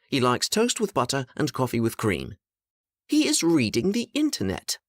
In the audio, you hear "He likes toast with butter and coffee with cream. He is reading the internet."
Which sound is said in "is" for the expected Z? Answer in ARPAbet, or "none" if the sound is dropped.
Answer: Z